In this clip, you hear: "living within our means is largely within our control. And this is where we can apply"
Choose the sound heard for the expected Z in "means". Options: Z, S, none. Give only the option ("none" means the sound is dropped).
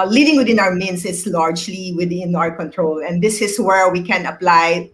S